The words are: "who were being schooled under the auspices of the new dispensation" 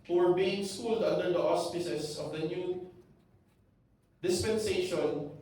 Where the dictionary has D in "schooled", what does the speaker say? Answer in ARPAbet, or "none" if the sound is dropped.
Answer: D